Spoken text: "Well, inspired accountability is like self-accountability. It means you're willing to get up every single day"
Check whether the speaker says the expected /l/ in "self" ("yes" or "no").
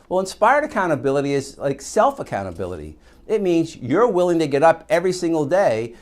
yes